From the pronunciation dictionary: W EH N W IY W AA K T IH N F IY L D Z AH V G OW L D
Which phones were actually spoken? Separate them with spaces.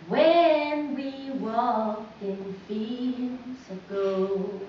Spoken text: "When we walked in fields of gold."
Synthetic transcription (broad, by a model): W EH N W IY W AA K IH N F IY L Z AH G OW